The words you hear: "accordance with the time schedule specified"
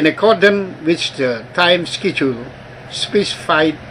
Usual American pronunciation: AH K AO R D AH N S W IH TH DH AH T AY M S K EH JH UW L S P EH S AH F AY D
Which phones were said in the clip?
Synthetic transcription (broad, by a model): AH K AO D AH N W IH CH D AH T AY M S K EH CH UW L S P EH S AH F AY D